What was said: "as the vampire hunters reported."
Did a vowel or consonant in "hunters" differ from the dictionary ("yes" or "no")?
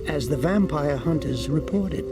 no